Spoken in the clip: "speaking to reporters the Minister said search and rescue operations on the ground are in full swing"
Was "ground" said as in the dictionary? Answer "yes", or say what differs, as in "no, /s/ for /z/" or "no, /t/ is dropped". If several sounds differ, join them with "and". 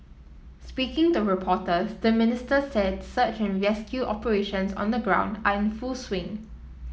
yes